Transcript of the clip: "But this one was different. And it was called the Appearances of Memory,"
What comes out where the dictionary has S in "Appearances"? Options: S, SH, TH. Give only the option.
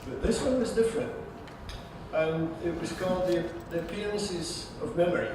S